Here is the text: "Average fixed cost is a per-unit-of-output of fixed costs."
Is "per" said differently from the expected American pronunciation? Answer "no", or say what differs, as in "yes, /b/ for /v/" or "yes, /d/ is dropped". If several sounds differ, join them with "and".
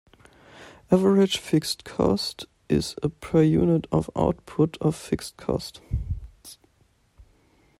no